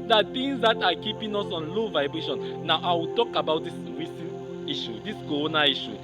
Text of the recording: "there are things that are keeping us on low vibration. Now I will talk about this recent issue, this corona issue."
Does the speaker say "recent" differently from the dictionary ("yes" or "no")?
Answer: yes